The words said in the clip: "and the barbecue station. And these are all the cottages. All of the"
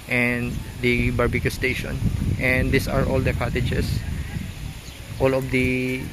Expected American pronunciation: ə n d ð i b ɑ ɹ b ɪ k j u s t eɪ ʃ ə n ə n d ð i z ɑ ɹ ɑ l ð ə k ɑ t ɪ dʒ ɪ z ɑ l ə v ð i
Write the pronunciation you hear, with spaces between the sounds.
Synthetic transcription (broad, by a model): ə n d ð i b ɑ ɹ b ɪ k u s t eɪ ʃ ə n ə n d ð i s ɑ ɹ ɑ l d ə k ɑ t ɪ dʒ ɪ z ɑ l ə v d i